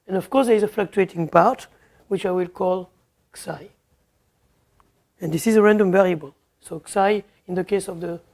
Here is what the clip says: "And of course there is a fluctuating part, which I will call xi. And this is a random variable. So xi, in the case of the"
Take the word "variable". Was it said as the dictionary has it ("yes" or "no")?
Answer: yes